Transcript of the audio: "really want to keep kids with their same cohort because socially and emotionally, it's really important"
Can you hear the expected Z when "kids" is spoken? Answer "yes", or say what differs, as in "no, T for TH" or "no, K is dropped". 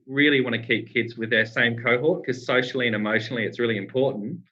yes